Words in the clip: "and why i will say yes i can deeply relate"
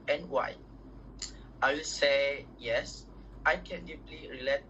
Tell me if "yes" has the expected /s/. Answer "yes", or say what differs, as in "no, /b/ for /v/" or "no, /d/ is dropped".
yes